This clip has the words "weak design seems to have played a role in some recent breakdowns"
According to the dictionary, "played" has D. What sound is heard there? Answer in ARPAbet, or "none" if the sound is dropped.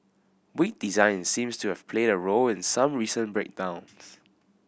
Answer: D